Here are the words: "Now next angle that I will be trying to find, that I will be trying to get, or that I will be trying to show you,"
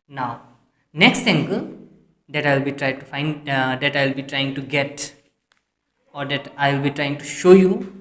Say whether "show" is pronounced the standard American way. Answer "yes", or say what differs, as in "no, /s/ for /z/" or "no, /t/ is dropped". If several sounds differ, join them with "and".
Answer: yes